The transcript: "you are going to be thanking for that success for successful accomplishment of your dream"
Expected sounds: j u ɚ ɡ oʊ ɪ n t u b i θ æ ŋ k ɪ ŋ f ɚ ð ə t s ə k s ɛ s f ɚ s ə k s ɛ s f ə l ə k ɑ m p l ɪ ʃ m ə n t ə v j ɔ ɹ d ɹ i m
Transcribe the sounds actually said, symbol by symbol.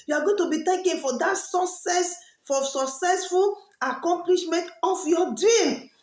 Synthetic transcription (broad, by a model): j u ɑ ɡ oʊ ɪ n t u b i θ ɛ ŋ k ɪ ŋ f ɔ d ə t s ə s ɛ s f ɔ s ə k s ɛ s f ə l ə k ɑ m p l ɪ ʃ m ə n t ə f j ɔ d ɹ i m